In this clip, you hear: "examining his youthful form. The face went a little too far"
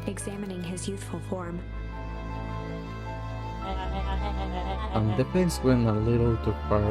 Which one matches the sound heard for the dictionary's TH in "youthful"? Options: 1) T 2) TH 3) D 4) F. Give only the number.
2